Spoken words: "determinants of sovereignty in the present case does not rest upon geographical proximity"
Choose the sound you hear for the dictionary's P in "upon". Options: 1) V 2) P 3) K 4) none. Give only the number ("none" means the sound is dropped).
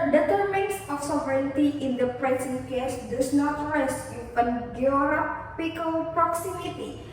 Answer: 4